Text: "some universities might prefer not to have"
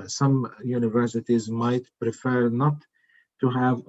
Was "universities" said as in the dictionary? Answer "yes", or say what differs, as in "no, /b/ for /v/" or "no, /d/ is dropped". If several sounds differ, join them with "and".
yes